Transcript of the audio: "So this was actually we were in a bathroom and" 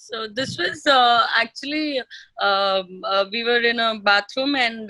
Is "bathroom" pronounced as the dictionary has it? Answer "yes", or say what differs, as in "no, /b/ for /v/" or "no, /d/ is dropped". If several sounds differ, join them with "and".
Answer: no, /t/ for /θ/